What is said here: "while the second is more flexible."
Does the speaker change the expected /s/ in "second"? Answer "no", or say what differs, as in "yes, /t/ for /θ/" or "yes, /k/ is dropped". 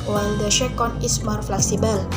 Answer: yes, /ʃ/ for /s/